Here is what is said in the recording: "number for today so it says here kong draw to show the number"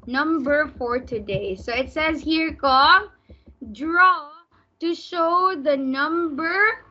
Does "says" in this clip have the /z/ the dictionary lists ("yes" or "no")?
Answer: yes